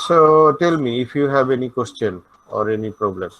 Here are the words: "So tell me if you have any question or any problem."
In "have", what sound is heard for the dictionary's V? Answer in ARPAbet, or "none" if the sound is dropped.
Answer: B